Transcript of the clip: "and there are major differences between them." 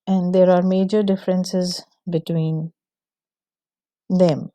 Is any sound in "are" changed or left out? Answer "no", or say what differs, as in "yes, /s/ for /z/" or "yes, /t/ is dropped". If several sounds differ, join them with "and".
no